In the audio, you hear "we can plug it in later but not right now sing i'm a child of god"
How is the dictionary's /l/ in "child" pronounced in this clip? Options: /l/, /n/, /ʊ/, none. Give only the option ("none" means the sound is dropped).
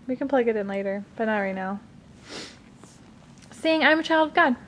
/l/